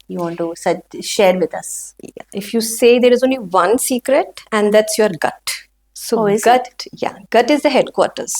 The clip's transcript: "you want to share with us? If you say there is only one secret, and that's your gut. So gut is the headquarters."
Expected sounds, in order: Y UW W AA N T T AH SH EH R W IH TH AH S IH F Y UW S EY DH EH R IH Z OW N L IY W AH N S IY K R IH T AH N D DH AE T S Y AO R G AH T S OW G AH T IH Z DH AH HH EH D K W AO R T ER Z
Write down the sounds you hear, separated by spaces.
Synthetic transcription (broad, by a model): Y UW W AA N T S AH SH EH R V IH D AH S IH F Y UW S EY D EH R IH Z OW N L IY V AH N S IY K R IH T AH N D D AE T S Y AO R G AH T S OW G AH T IH Z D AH HH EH D K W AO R T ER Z